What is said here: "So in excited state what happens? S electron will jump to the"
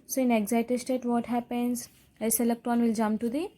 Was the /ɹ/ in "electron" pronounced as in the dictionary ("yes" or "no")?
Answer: no